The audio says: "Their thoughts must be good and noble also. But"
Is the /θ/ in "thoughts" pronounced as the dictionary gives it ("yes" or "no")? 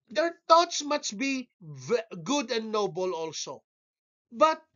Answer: no